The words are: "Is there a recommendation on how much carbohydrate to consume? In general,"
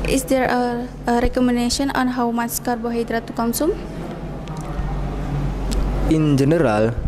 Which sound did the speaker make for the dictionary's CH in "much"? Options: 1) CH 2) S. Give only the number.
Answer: 2